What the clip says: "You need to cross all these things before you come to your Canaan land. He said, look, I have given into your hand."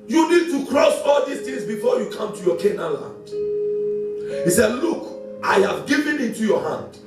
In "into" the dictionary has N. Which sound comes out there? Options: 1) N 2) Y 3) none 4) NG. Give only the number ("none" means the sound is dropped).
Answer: 1